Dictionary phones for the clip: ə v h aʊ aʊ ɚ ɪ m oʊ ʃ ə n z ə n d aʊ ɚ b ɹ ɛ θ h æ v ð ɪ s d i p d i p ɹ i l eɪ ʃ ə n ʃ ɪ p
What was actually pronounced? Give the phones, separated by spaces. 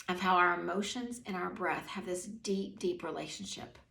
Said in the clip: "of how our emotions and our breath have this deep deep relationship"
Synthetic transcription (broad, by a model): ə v h aʊ aʊ ɚ ɪ m oʊ ʃ ə n z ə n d aʊ ɚ b ɹ ɛ θ h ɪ v ð ɪ s d i p d i p ɹ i l eɪ ʃ n ʃ ɪ p